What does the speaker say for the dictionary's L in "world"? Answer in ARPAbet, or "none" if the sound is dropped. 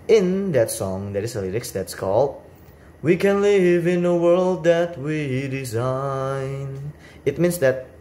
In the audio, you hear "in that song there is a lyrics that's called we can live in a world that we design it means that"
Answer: L